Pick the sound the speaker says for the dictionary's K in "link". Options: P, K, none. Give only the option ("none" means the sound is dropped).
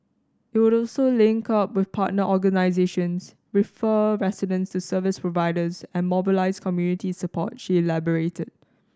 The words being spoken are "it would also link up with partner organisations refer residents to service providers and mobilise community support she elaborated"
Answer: K